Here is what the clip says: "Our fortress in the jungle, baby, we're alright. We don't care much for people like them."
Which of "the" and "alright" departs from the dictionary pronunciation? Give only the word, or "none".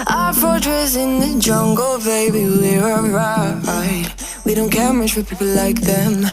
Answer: alright